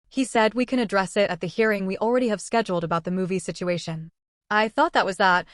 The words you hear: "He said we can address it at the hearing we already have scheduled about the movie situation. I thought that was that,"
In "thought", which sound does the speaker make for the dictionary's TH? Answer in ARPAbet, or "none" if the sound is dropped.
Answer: TH